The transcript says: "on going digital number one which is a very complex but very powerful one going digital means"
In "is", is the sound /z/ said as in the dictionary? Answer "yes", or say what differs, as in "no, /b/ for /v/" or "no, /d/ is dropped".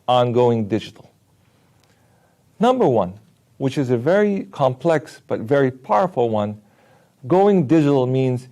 yes